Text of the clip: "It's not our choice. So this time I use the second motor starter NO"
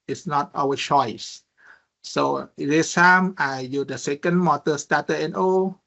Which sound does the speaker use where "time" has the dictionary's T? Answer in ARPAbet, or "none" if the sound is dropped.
S